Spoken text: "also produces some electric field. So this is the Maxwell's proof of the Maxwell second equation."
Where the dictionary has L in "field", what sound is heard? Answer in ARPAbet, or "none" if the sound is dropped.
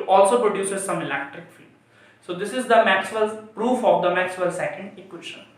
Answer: none